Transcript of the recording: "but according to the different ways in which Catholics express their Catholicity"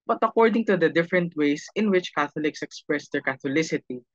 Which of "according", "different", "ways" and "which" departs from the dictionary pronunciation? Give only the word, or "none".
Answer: ways